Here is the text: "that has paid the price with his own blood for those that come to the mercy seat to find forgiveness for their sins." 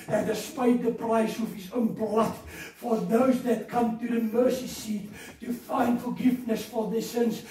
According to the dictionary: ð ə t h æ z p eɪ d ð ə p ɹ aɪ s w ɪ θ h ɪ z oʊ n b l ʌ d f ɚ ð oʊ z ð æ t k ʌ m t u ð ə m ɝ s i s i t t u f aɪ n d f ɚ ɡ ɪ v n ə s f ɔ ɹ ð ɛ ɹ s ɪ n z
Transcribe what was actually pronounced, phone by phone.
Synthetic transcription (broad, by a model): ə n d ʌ s p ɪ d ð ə p ɹ aɪ s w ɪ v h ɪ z oʊ n b l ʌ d f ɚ ð oʊ z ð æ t k ʌ m t u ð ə m ɝ s i s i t t u f aɪ n d f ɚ ɡ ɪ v n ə s f ɔ ɹ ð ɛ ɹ s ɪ n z